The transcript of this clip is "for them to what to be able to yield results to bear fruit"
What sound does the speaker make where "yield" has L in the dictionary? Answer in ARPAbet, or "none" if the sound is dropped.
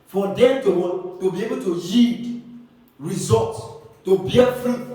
none